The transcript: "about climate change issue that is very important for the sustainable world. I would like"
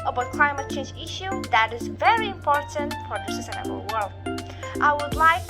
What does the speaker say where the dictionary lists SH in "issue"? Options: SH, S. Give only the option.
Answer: SH